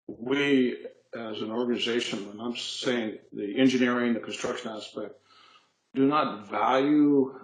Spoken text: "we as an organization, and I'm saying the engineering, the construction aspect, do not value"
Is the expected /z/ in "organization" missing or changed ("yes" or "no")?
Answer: no